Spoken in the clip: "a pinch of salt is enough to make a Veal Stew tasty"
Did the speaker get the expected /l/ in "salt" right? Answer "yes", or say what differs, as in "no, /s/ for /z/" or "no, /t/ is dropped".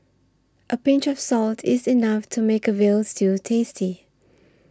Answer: yes